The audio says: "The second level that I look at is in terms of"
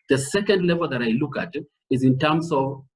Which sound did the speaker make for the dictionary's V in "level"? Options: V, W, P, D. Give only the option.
V